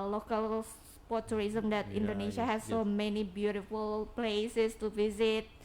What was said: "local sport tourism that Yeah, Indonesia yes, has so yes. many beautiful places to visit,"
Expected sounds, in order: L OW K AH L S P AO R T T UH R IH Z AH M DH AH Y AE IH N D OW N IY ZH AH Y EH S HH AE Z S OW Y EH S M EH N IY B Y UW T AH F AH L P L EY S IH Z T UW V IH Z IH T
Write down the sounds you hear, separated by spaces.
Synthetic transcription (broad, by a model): L OW K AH L S P AO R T T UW R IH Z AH M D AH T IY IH N D OW N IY SH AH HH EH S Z S OW M EH N IY B Y UW T AH F AH L P L EY S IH S T UW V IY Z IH T